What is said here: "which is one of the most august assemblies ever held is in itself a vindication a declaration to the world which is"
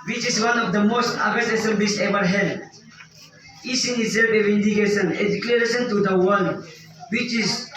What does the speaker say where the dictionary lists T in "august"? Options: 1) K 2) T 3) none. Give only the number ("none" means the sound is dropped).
3